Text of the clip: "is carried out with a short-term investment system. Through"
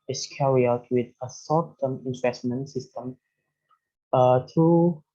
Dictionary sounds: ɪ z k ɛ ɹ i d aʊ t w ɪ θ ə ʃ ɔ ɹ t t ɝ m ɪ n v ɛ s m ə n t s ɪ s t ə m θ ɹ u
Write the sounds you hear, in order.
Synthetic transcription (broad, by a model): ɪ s k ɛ ɹ i aʊ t w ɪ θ ə s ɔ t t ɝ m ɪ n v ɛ s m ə n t s ɪ s t ə m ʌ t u